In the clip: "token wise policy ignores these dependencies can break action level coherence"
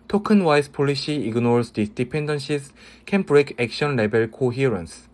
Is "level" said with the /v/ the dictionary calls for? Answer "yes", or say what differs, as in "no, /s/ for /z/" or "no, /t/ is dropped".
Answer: no, /b/ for /v/